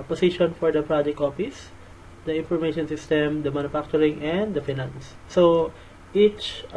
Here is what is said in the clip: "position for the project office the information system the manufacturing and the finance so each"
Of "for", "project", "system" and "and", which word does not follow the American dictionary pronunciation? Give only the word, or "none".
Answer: project